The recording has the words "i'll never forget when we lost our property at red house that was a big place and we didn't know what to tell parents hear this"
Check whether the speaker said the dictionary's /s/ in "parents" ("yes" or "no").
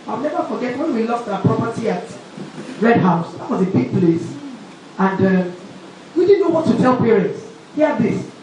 yes